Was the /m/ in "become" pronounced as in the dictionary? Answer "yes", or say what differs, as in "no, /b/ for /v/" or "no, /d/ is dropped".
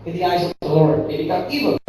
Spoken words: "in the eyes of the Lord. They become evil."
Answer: no, /m/ is dropped